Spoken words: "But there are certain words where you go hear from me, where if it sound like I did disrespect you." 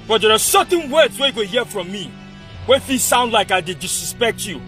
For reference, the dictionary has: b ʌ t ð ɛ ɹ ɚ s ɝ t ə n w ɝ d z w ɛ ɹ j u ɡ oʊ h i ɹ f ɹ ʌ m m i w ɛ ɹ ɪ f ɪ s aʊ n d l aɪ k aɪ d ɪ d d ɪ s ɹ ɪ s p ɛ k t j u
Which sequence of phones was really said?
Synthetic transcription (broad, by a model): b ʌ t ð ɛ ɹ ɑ s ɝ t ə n w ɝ d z w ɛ j u ɡ oʊ h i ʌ f ɹ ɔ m m i w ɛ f ɪ s aʊ n d l aɪ k aɪ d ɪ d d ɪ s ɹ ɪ s p ɛ k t j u